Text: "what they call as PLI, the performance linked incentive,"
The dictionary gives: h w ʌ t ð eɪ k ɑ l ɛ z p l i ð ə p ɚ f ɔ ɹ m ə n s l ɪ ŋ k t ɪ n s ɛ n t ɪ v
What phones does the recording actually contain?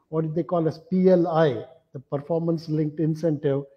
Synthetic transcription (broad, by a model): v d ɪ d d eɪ k ɑ l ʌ s p l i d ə p ɚ f ɔ ɹ m ə n s l ɪ ŋ k t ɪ n s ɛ n t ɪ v